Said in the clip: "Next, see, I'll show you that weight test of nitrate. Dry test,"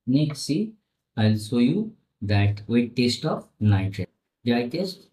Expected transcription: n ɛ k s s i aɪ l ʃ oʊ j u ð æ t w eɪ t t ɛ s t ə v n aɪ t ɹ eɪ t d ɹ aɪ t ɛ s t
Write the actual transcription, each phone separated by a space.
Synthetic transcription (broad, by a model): n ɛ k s s i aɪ l s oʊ j u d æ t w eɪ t t ɛ s t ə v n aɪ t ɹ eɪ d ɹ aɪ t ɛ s t